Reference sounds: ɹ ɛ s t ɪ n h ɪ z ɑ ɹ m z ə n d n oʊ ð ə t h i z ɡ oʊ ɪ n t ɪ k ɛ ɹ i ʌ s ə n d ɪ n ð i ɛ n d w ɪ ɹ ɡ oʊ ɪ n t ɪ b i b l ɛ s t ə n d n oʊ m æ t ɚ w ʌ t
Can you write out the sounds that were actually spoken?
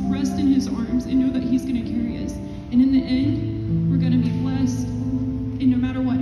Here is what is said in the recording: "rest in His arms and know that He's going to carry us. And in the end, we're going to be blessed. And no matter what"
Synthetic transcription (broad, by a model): ɹ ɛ s t ɪ n ɪ z ɑ ɹ m z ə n n oʊ ð ə t h i z ɡ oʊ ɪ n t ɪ k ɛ ɹ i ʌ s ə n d ɪ n ð i ɛ n d w ɪ ɹ ɡ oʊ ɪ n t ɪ b i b l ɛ s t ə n n oʊ m æ t ɚ w ʌ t